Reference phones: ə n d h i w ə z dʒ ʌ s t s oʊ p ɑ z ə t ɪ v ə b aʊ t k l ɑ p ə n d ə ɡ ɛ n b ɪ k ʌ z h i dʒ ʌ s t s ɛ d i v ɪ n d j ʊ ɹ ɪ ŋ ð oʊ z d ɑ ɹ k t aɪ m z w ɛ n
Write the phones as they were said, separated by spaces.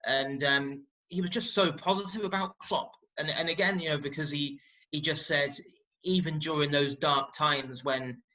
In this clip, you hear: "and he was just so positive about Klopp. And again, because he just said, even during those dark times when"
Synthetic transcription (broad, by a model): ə n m h i w ə z dʒ ʌ s t s oʊ p ɑ z ə t ɪ v ə b aʊ t k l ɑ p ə n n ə ɡ ɛ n b ɪ k ʌ z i i dʒ ʌ s t s ɛ d i v ɪ n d j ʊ ɹ ɪ ŋ ð oʊ z d ɑ ɹ k t aɪ m z w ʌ n